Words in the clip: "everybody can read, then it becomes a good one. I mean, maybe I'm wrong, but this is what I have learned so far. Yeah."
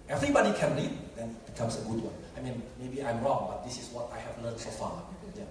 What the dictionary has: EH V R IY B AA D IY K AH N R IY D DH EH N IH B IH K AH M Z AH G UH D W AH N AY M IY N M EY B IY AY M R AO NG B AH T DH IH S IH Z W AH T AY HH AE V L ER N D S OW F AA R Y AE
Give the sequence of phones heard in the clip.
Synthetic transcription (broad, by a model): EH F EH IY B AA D IY K AH N L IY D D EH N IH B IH K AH M S AH G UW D W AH N AY M IY N M EY B IY AY M R AO NG B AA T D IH S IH S W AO T AY HH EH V L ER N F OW F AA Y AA